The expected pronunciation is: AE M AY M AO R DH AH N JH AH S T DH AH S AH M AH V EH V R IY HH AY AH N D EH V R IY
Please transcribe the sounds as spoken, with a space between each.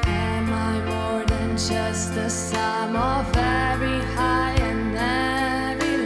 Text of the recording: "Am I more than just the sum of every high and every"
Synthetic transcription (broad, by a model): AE M AY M AO R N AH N JH AH S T DH AH S AH M AH V EH R IY HH AY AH N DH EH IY